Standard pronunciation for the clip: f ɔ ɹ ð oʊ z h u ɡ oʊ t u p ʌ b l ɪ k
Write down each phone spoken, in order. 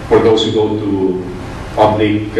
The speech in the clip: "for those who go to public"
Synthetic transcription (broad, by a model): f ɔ ɹ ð oʊ s h u ɡ oʊ t u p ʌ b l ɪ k